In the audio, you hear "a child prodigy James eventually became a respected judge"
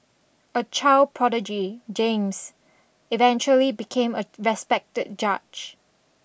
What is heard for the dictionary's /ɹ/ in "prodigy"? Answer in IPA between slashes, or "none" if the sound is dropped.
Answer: /ɹ/